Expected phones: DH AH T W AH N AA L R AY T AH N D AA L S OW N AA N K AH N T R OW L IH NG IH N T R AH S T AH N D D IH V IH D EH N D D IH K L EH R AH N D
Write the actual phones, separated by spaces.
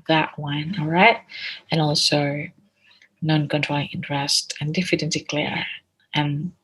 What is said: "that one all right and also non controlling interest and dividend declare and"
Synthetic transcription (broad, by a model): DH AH T W AH N AA L R AY T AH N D AA L S OW N AA N K AH N T R OW L IH NG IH N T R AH S T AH N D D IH F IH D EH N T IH K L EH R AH N